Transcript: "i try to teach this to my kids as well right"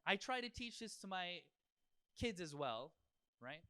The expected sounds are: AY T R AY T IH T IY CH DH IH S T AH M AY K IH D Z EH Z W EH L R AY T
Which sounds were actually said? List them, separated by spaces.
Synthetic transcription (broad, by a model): AY T R AY T IH T IY CH DH IH S T AH M AY K IH D Z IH Z W EH L R AY T